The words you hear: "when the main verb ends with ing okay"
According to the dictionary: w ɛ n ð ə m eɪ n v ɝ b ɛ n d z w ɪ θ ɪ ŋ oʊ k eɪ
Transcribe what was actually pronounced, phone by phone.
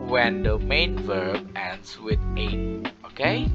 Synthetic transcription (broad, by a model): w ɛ n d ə m eɪ n v ɝ b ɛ n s w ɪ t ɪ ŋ oʊ k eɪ